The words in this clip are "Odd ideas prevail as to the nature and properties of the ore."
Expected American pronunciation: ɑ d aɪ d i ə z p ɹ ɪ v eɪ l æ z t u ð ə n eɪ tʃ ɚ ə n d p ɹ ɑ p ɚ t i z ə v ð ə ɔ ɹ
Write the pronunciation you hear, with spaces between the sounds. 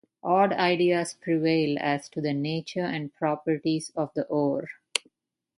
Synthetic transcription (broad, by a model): ɑ d aɪ d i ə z p ɹ ɪ v eɪ l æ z t u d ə n eɪ tʃ ɚ ə n d p ɹ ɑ p ɚ t i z ə v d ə ɔ ɹ